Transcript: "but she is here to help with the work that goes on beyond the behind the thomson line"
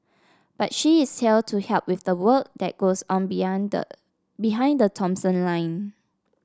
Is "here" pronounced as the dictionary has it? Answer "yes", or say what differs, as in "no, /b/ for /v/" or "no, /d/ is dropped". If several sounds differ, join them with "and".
no, /l/ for /ɹ/